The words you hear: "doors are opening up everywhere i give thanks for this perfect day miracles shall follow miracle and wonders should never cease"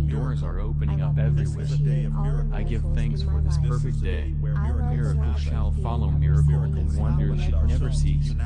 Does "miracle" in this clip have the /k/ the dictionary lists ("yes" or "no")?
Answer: no